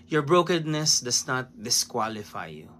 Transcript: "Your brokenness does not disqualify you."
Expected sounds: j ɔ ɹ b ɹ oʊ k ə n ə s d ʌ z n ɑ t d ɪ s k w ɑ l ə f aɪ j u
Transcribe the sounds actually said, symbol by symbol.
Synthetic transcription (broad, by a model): j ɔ ɹ b ɹ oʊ k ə n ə s d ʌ s n ɑ t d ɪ s k w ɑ l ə f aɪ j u